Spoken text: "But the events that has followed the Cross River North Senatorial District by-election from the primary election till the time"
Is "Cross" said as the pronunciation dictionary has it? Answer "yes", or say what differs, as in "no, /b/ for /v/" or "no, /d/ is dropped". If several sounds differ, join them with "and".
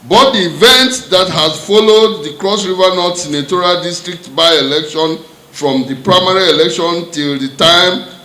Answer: yes